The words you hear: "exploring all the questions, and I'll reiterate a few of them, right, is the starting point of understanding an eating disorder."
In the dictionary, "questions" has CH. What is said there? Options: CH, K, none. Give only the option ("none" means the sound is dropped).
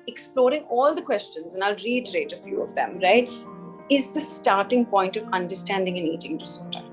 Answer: CH